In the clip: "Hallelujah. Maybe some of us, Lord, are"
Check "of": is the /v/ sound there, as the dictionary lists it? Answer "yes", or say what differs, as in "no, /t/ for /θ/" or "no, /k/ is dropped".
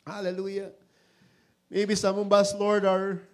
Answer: no, /b/ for /v/